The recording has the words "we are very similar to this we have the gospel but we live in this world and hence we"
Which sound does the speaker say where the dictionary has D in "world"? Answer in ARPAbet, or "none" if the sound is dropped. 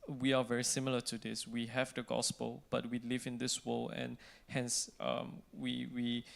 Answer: none